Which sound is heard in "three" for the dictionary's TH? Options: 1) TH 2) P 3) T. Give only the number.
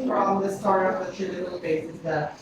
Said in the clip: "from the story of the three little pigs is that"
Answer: 3